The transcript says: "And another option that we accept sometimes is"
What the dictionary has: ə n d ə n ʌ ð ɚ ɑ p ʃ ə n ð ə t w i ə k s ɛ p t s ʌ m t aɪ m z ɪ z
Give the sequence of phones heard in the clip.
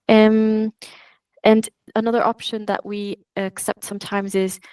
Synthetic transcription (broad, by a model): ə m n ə n ʌ ð ɚ ɑ p ʃ ə n ð ə t w i ə k s ɛ p t s ʌ m t aɪ m z ɪ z